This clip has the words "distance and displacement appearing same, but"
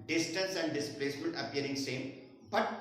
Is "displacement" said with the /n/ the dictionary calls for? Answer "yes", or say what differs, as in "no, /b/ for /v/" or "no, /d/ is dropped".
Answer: no, /l/ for /n/